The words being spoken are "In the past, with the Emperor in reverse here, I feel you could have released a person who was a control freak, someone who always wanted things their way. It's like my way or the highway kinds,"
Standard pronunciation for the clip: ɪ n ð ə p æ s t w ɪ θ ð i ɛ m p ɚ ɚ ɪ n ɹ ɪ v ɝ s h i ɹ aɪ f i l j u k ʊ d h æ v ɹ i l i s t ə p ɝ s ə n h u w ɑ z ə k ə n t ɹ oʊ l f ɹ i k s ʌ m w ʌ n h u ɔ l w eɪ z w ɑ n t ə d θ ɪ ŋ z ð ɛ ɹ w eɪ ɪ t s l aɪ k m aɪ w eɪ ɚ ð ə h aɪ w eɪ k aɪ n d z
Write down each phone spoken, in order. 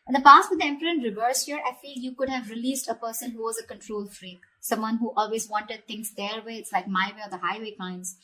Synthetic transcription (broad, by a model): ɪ n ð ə p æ s t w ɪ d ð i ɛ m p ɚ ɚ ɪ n ɹ ɪ v ɝ s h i ɹ aɪ f i l j u k ʊ d h æ v ɹ i l i s t ə p ɝ s ə n h u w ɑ z ə k ə n t ɹ oʊ l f ɹ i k s ʌ m w ʌ n h u ɔ l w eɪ z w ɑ n t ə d t ɪ ŋ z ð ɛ ɹ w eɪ ɪ t s l aɪ k m aɪ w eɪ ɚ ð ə h aɪ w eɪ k aɪ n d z